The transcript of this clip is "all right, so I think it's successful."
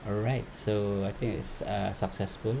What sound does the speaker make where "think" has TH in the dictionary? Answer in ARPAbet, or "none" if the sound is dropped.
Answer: T